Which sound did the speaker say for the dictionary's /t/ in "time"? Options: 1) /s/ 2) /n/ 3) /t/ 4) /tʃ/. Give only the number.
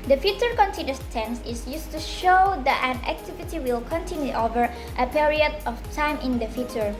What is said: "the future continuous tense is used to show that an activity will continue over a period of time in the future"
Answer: 3